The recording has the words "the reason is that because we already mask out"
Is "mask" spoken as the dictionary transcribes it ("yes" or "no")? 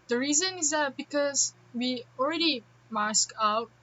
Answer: yes